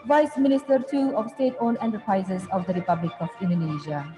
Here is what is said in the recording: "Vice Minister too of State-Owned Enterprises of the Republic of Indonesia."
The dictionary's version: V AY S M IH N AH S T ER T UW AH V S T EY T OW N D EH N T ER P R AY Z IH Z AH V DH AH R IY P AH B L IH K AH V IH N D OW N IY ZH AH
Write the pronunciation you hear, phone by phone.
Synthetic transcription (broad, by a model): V AY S M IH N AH S T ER T UW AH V S T EY T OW N EH N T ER P R AY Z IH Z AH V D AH R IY P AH B L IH K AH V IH N D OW N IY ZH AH